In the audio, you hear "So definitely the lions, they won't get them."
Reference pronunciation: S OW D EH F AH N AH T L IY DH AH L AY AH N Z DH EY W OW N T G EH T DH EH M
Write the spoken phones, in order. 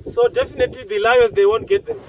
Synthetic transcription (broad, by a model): S OW D EH F AH N AH T L IY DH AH L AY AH Z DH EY W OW N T G EH T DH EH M